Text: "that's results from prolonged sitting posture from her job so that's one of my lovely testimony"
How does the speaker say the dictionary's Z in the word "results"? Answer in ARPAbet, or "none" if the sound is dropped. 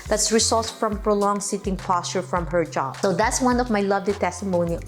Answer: S